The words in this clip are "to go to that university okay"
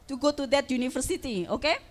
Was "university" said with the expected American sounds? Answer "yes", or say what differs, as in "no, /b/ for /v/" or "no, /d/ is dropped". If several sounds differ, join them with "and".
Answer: no, /f/ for /v/